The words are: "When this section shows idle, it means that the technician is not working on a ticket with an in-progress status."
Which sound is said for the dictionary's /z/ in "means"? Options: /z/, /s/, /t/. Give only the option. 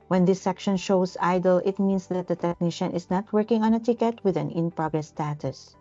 /s/